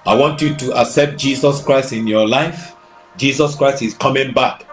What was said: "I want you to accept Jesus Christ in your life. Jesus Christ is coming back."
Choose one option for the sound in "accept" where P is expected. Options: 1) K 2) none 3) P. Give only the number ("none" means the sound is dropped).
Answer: 3